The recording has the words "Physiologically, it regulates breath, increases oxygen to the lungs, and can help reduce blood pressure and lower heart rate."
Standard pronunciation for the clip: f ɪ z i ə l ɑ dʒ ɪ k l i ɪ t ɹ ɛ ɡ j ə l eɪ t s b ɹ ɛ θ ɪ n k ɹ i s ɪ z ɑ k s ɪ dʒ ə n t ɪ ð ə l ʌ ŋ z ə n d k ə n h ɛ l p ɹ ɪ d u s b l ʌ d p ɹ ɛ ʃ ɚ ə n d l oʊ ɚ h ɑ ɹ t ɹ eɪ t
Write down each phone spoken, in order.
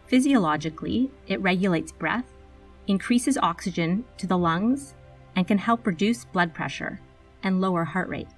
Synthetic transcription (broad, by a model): f ɪ z i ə l ɑ dʒ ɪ k l i ɪ t ɹ ɛ ɡ j ə l eɪ t s b ɹ ɛ θ ɪ n k ɹ i s ɪ z ɑ k s ɪ dʒ ə n t ɪ ð ə l ʌ ŋ z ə n k ə n h ɛ l p ɹ ɪ d u s b l ʌ d p ɹ ɛ ʃ ɚ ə n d l oʊ ɚ h ɑ ɹ t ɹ eɪ t